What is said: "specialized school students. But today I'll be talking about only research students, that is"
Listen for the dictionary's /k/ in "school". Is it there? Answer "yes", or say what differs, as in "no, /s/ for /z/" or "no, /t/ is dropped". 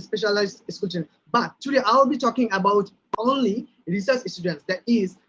no, /k/ is dropped